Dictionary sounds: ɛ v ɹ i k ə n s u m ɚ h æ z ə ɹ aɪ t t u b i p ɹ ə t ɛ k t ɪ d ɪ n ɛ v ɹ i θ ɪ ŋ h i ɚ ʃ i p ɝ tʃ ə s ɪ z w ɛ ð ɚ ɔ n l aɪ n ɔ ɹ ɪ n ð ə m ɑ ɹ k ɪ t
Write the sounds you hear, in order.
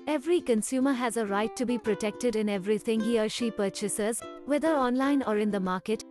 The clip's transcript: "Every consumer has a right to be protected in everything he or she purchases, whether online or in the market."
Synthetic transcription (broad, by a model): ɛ v ɹ i k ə n s u m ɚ h æ z ə ɹ aɪ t t u b i p ɹ ə t ɛ k t ɪ d ɪ n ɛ v ɹ i t ɪ ŋ h i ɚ ʃ i p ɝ tʃ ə s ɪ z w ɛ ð ɚ ɔ n l aɪ n ɔ ɹ ɪ n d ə m ɑ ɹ k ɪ t